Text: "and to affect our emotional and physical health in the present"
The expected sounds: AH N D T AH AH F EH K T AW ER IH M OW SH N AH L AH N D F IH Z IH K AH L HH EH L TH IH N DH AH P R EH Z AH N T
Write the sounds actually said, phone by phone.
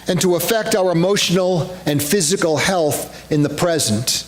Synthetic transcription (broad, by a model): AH N T AH AH F EH K T AW ER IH M OW SH N L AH N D F IH Z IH K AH L HH EH L TH IH N DH AH P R EH Z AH N T